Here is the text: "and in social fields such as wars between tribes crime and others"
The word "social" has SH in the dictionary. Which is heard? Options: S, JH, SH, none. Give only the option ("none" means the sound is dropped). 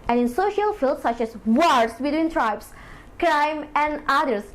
SH